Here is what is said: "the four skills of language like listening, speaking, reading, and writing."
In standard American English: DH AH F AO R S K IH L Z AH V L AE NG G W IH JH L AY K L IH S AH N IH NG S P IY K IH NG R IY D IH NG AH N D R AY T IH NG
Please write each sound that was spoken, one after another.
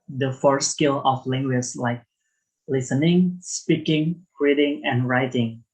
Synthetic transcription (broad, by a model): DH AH F AO R S K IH L AH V L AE NG G W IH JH L AY K L IH S AH N IH NG S P IY K IH NG R IY D IH NG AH N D R AY T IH NG